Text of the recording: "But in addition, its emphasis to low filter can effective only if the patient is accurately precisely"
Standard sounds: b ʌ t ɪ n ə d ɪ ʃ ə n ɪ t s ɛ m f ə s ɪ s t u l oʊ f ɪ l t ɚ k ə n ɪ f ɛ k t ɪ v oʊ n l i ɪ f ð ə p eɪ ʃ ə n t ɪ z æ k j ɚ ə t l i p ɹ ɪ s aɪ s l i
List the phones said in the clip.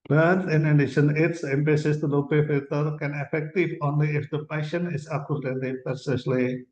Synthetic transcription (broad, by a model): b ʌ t ɪ n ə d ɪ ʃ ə n ɪ t s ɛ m p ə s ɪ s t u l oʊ p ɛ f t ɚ k ə n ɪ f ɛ k t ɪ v oʊ n l i ɪ f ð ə p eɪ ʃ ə n ɪ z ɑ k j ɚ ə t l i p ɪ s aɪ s l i